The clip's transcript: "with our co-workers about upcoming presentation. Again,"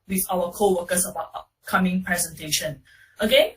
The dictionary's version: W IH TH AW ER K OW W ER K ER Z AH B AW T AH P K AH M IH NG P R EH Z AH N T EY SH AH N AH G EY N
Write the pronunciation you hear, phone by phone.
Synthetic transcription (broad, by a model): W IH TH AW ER K OW W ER K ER S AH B AW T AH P K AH M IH NG P R EH Z AH N T EY SH AH N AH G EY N